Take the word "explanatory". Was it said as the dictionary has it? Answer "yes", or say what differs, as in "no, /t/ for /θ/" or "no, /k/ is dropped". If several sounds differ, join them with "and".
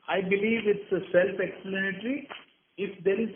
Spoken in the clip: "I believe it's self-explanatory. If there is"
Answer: no, /l/ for /n/